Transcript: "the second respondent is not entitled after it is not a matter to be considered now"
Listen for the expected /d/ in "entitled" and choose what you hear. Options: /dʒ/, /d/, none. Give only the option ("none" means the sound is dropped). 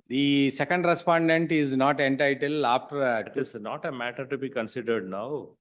none